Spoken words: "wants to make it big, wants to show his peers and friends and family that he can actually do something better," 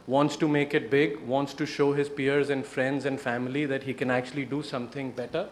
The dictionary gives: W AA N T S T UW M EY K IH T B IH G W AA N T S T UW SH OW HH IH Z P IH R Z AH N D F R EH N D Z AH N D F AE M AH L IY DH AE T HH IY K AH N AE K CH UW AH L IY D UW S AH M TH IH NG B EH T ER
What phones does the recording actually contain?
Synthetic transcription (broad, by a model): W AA N T S T UW M EY K IH T B IH G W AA N T S T UW SH OW HH IH Z P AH R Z AH N D F R EH N D Z AH N D F AE M AH L IY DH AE T HH IY K AH N AE K CH UW AH L IY D UW S AH M T IH NG B EH T ER